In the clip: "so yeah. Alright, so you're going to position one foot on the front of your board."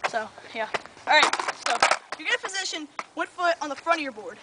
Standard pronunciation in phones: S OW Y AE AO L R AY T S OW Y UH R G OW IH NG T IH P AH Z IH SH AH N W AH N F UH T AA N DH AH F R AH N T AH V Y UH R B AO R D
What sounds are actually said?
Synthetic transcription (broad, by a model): S OW Y AE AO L R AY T S OW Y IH G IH T IH F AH Z IH SH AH N W AH N F UH T N DH AH F R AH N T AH R B AO R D